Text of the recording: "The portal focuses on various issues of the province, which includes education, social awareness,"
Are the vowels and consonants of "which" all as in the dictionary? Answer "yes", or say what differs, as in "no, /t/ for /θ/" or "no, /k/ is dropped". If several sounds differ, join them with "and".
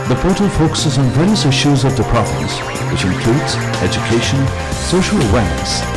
yes